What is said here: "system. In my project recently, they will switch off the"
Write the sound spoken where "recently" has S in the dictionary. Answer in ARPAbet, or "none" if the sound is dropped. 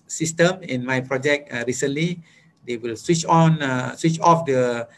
S